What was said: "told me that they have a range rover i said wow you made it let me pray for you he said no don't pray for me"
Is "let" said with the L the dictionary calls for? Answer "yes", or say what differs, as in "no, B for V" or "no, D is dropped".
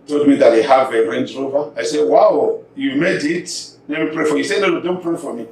no, N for L